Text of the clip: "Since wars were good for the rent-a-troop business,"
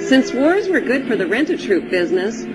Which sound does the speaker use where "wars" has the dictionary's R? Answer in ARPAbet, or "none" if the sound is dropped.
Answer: R